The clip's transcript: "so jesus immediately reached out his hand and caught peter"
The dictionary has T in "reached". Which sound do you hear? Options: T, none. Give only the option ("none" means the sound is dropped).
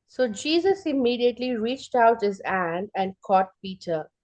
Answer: T